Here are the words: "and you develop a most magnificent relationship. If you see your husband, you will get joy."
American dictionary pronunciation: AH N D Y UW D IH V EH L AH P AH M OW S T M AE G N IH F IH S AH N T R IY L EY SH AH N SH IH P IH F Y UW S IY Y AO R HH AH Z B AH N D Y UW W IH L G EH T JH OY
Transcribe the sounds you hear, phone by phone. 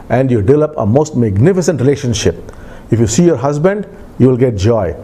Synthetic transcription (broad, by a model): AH N D Y UW D IH V EH L AH P AH M OW S T M AE G N IH F IH S AH N T R IY L EY SH AH N SH IH P IH F Y UW S IY Y AO R HH AH Z B AH N D Y UW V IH L G EH T JH OY